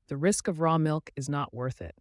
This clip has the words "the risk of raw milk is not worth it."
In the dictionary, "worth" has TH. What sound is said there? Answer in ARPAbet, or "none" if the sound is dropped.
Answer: TH